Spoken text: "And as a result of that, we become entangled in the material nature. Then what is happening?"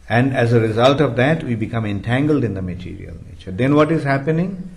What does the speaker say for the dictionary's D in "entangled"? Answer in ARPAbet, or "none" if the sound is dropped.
D